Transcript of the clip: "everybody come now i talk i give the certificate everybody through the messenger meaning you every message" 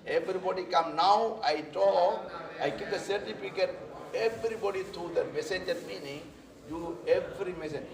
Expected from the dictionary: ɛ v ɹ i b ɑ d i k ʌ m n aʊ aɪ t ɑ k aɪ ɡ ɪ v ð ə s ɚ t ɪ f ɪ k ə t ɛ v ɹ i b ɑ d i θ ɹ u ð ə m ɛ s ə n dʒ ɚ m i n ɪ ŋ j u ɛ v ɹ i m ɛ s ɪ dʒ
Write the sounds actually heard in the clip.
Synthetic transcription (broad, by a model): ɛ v ɹ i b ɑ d i k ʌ m n aʊ aɪ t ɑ aɪ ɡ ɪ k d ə s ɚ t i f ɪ k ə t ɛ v ɹ i b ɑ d i t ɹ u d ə m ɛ s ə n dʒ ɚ m i n ɪ ŋ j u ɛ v ɹ i m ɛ s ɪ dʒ